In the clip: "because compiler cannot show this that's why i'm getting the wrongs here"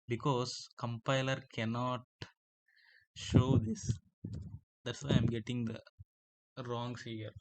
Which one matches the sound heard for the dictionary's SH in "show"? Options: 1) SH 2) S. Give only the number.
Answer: 1